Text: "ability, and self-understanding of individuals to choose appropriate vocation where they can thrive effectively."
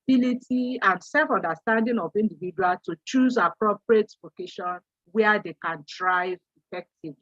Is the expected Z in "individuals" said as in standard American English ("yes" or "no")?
no